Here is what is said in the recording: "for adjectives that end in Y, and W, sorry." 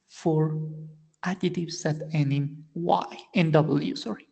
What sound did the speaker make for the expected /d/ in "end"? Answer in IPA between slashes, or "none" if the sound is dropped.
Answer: none